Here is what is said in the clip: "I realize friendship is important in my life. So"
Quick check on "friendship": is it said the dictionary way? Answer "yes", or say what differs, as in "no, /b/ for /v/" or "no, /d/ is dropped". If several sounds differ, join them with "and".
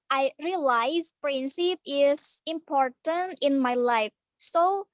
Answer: no, /p/ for /f/ and /s/ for /ʃ/